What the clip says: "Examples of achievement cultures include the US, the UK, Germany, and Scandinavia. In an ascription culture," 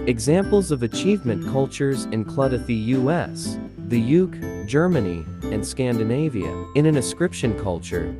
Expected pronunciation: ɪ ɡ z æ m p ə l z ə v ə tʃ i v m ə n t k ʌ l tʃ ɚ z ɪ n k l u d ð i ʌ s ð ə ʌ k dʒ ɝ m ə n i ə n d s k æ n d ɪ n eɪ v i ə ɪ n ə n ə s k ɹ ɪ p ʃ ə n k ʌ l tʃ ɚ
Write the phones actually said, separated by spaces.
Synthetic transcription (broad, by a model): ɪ ɡ z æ m p l z ə v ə tʃ i v m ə n k ʌ l tʃ ɚ z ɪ n k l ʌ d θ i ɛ s ð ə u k dʒ ɝ m ə n i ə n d s k æ n d ɪ n eɪ v i ə ɪ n ə n ə s k ɹ ɪ p ʃ ə n k ʌ l tʃ ɚ